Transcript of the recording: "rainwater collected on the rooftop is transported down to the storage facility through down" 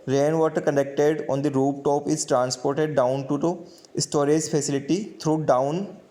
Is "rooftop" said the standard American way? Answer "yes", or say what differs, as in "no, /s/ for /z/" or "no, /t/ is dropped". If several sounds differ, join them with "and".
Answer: no, /p/ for /f/